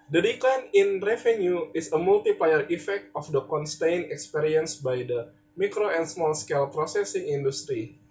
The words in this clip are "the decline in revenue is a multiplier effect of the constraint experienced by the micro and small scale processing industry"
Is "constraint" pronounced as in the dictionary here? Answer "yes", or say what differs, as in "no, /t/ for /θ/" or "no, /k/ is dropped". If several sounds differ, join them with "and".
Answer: no, /ɹ/ is dropped and /t/ is dropped